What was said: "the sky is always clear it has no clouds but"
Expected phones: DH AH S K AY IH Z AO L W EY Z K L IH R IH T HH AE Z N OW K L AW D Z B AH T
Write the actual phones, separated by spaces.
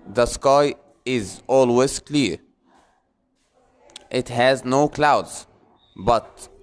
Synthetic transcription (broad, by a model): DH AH S K AY IH Z AO L W EY Z K L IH R IH T HH AE Z N OW K L AW D Z B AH T